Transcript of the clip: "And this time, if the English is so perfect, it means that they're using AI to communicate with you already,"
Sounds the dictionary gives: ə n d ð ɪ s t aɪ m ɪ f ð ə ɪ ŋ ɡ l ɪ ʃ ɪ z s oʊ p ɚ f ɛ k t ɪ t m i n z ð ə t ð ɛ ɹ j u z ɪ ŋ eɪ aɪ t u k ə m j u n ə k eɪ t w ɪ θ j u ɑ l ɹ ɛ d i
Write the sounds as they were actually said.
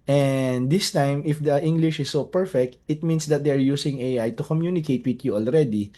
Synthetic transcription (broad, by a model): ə n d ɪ s t aɪ m ɪ f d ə ɪ ŋ ɡ l ɪ ʃ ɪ s oʊ p ɚ f ɛ k t ɪ t m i n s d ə t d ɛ ɹ j u s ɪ ŋ eɪ aɪ t u k ə m j u n ə k eɪ t w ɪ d j u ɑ l ɹ ɛ d i